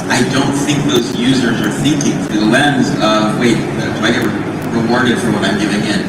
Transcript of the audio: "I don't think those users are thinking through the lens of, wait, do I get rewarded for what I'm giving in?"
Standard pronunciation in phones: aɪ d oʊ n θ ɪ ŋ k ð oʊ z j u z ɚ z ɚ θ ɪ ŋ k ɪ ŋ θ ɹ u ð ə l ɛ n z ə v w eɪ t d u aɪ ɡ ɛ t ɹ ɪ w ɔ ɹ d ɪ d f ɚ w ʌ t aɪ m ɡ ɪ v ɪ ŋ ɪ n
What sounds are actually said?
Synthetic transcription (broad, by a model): aɪ d oʊ n θ ɪ ŋ k ð oʊ z j u z ɚ z ɚ θ ɪ ŋ k ɪ ŋ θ u ð ə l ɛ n z ə v w eɪ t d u aɪ ɡ ɛ t ɹ ɪ w ɔ ɹ d ɪ d f ɚ w ʌ t aɪ m ɡ ɪ v ɪ ŋ ɪ n